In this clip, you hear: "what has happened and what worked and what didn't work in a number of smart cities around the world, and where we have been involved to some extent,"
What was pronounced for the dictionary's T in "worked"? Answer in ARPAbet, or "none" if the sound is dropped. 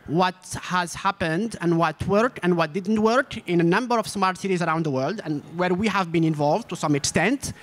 none